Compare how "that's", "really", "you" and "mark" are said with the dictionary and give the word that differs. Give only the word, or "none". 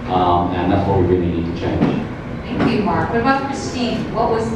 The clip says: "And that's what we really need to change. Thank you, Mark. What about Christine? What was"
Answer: really